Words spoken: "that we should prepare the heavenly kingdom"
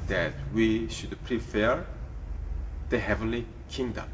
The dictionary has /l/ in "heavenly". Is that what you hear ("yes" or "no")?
yes